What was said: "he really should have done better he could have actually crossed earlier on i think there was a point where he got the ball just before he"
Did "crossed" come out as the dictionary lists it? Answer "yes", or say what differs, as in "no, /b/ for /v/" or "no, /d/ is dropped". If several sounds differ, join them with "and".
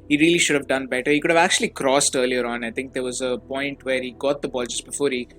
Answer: yes